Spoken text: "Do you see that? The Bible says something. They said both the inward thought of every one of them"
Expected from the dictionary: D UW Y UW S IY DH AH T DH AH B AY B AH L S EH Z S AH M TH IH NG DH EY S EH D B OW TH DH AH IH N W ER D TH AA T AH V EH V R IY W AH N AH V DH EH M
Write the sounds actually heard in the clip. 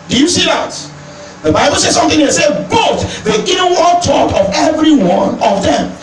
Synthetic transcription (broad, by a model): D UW Y UW S IY DH AH T DH AH B AY B AH L S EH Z S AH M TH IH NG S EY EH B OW T DH AH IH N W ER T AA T AH V EH V R IY W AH N AH V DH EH M